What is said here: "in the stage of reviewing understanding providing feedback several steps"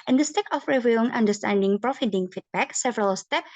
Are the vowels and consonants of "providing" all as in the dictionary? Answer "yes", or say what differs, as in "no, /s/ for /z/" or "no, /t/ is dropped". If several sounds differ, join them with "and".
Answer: no, /f/ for /v/